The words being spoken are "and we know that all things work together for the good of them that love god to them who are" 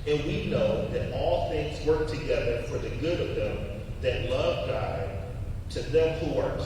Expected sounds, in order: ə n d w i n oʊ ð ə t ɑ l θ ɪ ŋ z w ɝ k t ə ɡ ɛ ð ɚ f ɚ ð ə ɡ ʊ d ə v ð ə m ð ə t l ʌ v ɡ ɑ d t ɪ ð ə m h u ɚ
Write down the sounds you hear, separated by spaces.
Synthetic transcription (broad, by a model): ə n w i n oʊ ð ə t ɑ l θ ɪ ŋ z w ɝ k t ə ɡ ɛ ð ɚ f ɚ ð ə ɡ ʊ d ə v ð ə m ð ə t l ʌ v ɡ ɑ d t ɪ ð ə m h u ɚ